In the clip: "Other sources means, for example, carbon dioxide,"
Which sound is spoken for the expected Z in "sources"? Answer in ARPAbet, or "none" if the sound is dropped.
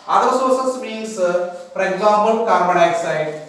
S